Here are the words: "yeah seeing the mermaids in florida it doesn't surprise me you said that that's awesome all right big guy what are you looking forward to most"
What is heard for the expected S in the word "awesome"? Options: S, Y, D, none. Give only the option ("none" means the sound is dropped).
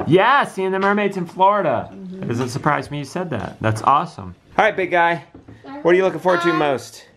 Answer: S